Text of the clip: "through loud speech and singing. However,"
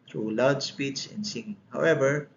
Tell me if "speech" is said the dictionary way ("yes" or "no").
no